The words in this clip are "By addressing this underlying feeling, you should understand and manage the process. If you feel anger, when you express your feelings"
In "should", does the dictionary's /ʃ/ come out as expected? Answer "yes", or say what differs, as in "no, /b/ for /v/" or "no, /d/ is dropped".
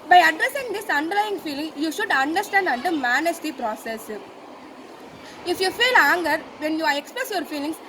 yes